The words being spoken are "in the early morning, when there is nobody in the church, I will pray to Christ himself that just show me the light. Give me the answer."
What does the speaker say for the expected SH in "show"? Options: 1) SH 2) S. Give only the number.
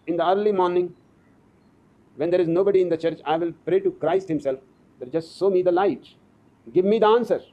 2